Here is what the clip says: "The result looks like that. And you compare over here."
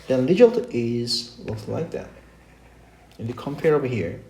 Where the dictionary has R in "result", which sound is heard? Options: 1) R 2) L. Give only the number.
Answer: 2